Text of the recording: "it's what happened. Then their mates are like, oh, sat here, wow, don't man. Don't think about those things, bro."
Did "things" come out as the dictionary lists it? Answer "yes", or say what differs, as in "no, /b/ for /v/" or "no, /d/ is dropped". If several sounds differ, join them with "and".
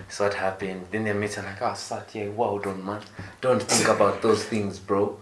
yes